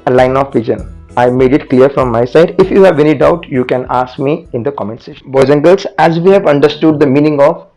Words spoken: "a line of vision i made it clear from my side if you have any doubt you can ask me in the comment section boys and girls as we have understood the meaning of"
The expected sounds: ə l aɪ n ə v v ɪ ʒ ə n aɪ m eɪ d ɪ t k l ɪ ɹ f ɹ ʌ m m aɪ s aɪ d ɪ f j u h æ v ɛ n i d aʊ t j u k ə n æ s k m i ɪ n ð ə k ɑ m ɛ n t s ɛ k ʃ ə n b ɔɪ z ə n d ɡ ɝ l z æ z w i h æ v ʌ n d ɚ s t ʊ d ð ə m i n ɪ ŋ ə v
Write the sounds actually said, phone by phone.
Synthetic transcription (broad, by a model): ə l aɪ n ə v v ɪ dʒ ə n aɪ m eɪ d ɪ t k l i ɹ f ɹ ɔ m m aɪ s aɪ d ɪ f j u h æ v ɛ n i d aʊ t j u k ə n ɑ s k m i ɪ n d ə k ɑ m ɛ n t s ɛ ʃ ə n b ɔɪ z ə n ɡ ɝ l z æ z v i h æ v ʌ n d ɚ s t ʊ d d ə m i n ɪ ŋ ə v